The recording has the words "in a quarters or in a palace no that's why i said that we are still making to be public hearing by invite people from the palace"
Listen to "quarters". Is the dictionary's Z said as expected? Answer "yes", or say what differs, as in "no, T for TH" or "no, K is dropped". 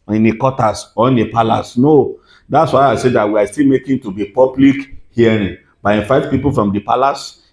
no, S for Z